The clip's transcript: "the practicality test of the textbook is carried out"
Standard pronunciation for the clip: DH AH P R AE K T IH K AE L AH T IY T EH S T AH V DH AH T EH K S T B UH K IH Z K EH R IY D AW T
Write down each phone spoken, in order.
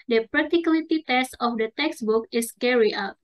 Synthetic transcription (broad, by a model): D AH P R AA K T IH K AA L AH T IY T EH S T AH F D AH T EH K S B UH K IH S K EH R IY AW T